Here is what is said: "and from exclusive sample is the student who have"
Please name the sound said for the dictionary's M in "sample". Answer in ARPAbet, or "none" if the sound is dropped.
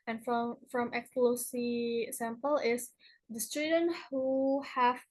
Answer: M